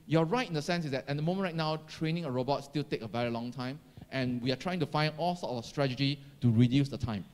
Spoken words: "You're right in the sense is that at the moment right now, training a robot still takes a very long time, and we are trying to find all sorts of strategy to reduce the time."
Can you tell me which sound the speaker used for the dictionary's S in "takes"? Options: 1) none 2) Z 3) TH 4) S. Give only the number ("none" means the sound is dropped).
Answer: 1